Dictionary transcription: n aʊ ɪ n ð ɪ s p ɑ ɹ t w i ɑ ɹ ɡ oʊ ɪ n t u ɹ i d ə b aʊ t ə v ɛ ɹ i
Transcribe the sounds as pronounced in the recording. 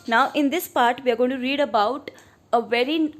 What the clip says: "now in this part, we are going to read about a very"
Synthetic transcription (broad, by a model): n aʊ ɪ n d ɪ s p ɑ ɹ t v i ɑ ɹ ɡ oʊ ɪ n t u ɹ i d ə b aʊ t ə v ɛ ɹ i